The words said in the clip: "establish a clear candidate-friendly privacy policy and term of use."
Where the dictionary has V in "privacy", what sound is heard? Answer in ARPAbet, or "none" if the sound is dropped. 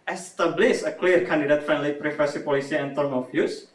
F